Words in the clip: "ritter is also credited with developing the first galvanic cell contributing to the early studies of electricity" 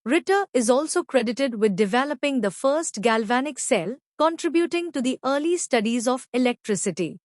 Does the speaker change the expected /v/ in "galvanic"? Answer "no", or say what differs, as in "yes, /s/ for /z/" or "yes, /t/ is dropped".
no